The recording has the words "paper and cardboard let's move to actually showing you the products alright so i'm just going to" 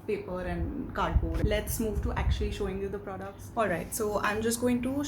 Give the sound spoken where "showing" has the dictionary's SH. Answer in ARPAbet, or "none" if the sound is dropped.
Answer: SH